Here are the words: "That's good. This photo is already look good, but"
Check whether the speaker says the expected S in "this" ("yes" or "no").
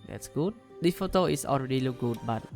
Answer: no